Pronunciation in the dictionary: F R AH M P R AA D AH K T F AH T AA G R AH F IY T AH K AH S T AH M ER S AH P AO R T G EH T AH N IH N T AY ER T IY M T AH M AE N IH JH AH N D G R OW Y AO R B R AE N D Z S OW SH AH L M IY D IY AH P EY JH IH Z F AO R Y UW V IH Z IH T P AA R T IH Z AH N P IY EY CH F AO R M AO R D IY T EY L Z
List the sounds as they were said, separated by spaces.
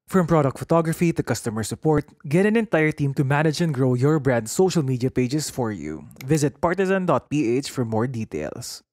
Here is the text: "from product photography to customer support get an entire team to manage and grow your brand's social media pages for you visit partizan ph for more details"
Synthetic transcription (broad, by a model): F R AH M P R AA D AH K T F AH T AA G R AH F IY T AH K AH S T AH M ER S AH P AO R T G EH T AH N IH N T AY ER T IY M T AH M AE N IH JH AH N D G R OW Y AO R B R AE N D S OW SH AH L M IY D IY AH P EY JH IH S F AO R Y UW V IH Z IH T P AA R T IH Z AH N P IY EY CH F AO R M AO R D IY T EY L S